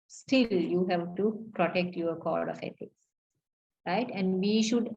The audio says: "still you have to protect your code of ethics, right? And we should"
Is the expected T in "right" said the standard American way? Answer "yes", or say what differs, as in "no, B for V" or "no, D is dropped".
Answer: yes